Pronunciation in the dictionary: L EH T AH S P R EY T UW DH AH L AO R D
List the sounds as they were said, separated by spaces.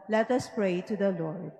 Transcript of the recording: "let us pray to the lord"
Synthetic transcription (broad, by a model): L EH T AH S P R EY T UW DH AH L AO R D